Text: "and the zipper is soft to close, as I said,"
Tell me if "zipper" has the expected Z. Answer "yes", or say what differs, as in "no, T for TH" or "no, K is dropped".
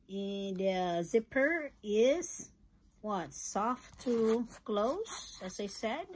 yes